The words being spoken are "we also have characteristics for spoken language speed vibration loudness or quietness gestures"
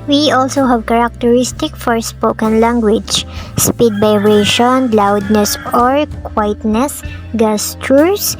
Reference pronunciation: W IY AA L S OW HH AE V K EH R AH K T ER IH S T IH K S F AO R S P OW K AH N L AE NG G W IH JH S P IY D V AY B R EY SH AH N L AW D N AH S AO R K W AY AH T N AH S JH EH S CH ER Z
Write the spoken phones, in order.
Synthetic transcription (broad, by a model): W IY AA L S OW HH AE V K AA R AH K T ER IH S T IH K F AO R S P OW K AH N L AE NG G W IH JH S P IY D B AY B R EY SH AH N L AW D N AH S AO R K W AY T N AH S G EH S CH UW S